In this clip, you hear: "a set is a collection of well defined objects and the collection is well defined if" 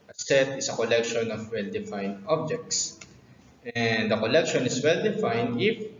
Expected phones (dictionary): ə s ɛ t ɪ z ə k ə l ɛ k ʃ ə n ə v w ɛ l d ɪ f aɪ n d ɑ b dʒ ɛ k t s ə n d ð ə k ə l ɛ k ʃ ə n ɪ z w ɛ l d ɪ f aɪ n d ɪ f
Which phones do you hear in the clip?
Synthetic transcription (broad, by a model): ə s ɛ t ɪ s ə k ə l ɛ k ʃ ə n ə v w ɛ l d ɪ f aɪ n d ɑ b dʒ ɛ k t s ə n d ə k ə l ɛ k ʃ ə n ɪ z w ɛ l d ɪ f aɪ n d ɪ f